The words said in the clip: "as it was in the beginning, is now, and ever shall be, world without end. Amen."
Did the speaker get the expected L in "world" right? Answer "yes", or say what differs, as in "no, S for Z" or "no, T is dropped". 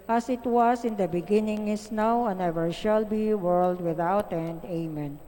yes